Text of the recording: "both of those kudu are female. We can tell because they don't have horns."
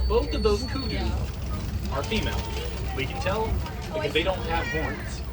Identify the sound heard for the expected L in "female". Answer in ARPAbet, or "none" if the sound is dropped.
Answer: L